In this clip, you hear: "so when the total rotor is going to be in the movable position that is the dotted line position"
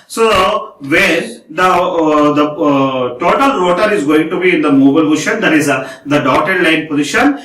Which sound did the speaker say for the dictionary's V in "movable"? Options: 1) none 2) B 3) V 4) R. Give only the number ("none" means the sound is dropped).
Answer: 2